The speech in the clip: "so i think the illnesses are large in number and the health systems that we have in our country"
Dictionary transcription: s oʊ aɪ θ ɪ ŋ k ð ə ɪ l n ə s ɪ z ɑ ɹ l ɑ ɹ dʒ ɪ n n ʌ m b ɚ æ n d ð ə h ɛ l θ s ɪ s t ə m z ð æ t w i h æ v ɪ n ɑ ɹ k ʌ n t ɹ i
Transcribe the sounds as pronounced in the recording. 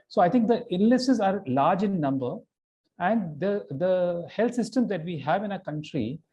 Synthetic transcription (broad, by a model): s oʊ aɪ t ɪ ŋ k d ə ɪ n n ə s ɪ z ɑ ɹ l ɑ ɹ dʒ ɪ n n ʌ m b ɚ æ n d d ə h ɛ l t s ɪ s t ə m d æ t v i h æ v ɪ n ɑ k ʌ n t ɹ i